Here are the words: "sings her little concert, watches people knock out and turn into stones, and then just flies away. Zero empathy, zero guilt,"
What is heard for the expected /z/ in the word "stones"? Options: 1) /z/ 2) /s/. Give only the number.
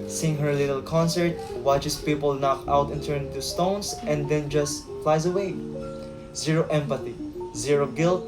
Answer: 2